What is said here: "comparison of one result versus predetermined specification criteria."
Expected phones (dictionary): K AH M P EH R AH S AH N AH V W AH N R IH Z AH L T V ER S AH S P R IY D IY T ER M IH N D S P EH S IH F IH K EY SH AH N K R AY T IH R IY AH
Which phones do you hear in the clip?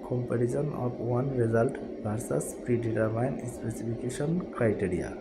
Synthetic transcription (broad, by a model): K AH M P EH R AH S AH N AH P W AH N R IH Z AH L T B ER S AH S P R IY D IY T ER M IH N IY S P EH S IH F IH K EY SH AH N K R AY T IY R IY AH